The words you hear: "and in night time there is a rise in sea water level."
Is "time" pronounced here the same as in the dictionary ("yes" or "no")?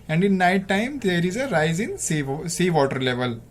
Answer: yes